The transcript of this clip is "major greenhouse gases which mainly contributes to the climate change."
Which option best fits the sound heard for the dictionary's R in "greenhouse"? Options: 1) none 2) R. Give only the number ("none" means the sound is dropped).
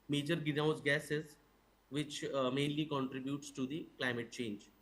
1